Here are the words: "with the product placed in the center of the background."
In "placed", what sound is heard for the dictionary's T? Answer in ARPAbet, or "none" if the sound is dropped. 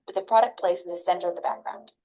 none